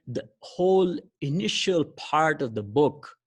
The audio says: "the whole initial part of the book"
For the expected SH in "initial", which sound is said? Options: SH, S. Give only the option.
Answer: SH